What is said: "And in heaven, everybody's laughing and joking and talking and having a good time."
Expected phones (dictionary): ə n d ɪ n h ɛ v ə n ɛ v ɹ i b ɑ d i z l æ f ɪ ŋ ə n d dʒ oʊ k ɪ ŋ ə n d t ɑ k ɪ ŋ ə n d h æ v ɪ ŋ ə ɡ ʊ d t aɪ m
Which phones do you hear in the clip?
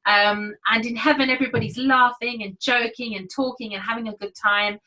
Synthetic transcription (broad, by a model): ə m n ɪ n h ɛ v ə n ɛ v ɹ i b ɑ d i z l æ f ɪ ŋ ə n dʒ oʊ k ɪ ŋ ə n t ɑ k ɪ ŋ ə n h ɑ v ɪ ŋ ə ɡ ʊ d t aɪ m